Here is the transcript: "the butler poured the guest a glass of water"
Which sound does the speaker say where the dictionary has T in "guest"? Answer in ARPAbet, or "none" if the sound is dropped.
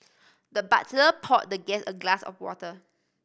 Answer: none